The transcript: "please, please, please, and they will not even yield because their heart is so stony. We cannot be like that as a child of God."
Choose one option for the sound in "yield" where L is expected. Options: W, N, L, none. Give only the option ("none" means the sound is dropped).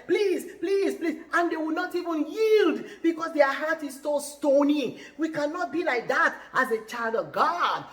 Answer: L